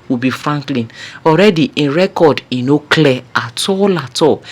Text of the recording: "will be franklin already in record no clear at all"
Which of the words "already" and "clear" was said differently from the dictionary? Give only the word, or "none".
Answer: clear